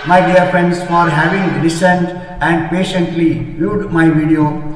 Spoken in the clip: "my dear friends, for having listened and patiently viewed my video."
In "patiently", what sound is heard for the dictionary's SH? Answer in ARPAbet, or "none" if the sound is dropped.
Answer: SH